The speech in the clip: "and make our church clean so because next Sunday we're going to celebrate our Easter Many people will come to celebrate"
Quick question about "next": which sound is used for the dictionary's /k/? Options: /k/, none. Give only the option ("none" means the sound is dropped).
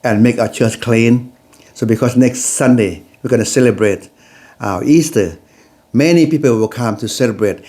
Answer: /k/